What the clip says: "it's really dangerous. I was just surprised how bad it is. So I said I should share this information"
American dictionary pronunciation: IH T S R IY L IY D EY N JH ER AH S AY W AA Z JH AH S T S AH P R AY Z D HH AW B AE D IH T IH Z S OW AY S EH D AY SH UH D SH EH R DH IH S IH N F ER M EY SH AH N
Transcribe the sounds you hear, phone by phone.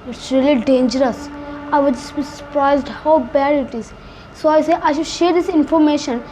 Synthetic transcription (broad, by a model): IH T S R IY L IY D EY N JH ER AH S AY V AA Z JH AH S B S AH P R AY Z D HH AW B AE D IH T IH Z S OW AY S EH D AY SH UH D SH EH R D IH S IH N F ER M EY SH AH N